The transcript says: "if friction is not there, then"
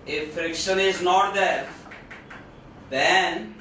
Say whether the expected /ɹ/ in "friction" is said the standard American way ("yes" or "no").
yes